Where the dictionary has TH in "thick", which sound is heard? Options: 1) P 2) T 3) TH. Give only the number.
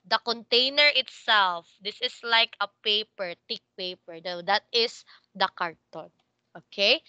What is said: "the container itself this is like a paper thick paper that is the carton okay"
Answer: 2